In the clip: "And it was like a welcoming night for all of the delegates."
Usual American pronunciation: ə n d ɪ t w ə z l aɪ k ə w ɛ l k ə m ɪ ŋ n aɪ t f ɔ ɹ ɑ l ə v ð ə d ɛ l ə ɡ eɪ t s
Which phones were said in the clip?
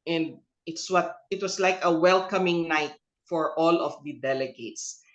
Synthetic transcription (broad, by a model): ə n d ɪ t w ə s l aɪ k ə w ɛ l k ə m ɪ ŋ n aɪ t f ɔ ɹ ɑ l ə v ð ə d ɛ l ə ɡ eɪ t s